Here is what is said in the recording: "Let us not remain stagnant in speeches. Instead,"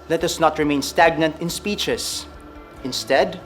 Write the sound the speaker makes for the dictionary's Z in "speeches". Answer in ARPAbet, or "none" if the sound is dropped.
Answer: S